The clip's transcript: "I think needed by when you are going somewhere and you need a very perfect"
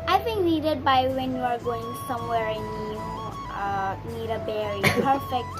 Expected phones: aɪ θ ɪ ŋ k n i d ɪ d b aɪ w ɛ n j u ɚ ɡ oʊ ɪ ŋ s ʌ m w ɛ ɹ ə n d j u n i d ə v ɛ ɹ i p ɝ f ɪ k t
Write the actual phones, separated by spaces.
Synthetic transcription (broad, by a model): aɪ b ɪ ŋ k n i d ɪ d b aɪ w ɛ n j u ɚ ɡ oʊ ɪ ŋ s ʌ m w ɛ ɹ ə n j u n i d ə b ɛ ɹ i p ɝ f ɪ k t